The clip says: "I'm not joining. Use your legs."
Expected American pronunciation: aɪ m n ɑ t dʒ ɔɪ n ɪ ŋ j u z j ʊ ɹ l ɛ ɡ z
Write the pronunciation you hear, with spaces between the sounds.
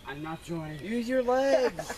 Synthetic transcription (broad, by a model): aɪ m n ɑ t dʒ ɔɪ ɪ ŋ j u z j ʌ ɹ l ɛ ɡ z